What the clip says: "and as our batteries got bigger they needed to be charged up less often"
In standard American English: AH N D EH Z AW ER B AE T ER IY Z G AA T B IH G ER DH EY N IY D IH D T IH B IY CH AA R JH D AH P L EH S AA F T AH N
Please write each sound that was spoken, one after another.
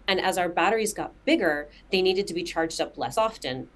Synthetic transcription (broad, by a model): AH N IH Z AW ER B AE T ER IY Z G AA T B IH G ER DH EY N IY D IH D T IH B IY CH AA R JH D AH P L EH S AA F T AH N